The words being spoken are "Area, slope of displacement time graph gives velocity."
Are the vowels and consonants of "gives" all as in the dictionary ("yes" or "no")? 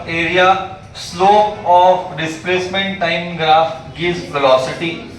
no